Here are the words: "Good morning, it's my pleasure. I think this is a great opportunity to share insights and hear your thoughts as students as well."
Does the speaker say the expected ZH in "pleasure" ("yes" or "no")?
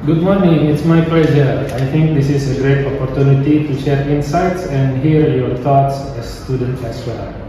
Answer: no